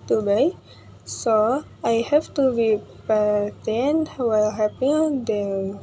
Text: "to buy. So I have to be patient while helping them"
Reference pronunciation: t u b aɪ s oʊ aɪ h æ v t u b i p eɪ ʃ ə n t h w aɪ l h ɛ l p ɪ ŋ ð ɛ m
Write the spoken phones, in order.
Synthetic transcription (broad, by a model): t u b aɪ s oʊ aɪ h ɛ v t u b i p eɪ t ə n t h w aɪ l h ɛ p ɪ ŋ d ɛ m